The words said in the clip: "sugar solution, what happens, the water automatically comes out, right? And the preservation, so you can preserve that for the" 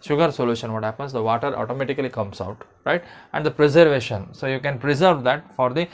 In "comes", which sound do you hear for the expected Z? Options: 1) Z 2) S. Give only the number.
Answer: 2